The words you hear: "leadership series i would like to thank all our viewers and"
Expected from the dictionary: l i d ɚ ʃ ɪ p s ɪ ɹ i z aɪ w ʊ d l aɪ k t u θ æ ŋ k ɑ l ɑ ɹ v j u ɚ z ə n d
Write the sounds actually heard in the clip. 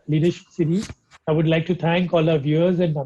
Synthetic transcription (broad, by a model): l i d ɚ ʃ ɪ p s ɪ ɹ i aɪ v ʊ d l aɪ k t u t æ ŋ k ɑ l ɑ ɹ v j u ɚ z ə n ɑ